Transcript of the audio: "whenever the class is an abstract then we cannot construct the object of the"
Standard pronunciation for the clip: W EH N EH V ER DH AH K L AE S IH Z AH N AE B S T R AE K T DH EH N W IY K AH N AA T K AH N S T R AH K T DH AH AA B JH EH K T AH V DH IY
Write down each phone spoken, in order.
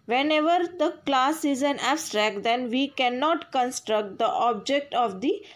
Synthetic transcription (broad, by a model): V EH N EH V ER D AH K L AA S IH Z AH N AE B S T R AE K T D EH N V IY K AH N AA T K AH N S T R AH K T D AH AA B JH EH K T AH V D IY